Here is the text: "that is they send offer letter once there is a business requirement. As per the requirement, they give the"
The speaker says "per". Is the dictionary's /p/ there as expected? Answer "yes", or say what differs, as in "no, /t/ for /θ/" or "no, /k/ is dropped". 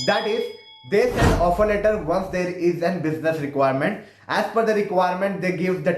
no, /f/ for /p/